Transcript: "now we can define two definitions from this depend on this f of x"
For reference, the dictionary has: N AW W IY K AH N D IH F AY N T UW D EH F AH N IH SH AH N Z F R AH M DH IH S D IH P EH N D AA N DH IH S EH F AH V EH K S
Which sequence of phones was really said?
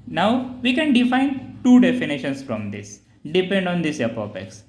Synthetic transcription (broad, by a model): N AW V IY K AH N D IH F AY N T UW D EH F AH N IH SH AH N S F R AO M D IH S D IH P EH N D AA N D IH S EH P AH P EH K S